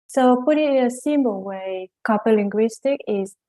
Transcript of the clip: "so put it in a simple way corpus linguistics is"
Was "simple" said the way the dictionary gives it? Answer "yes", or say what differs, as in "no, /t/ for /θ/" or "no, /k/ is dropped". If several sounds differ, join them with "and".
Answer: no, /b/ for /p/